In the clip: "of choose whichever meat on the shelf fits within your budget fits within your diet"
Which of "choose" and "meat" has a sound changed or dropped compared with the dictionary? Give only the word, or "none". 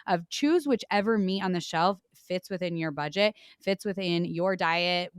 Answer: none